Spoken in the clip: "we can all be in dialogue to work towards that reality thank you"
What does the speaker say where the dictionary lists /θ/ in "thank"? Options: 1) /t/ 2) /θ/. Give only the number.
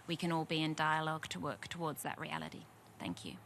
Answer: 2